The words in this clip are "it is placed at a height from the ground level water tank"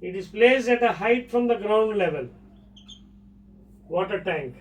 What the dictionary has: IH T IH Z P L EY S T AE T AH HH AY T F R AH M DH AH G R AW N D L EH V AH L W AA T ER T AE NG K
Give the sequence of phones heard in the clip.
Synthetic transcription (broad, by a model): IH T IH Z P L EY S AE T AH HH AY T F R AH M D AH G R AW N D L EH V AH L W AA T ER T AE NG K